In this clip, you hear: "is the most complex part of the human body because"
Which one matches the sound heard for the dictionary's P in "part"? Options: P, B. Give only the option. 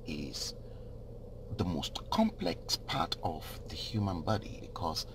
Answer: P